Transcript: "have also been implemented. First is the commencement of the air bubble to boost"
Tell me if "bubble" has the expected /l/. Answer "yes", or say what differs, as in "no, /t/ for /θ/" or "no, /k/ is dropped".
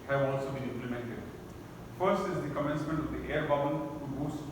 no, /n/ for /l/